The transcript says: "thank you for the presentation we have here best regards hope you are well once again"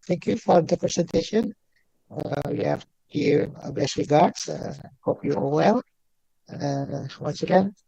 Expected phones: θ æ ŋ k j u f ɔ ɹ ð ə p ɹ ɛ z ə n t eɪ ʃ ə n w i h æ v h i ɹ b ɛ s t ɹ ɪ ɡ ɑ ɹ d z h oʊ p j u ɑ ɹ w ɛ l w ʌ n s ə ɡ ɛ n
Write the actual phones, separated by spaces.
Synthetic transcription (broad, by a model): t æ ŋ k j u f ɔ ɹ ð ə p ɹ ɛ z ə n t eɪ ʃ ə n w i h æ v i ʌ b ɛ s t ɹ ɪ ɡ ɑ ɹ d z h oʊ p j u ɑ l w ɛ l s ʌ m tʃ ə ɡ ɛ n